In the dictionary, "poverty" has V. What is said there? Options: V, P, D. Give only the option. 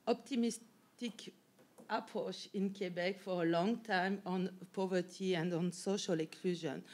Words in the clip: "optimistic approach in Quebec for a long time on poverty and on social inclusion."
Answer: V